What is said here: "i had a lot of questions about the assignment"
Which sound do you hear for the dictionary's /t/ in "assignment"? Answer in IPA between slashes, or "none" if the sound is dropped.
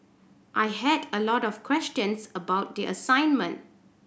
/t/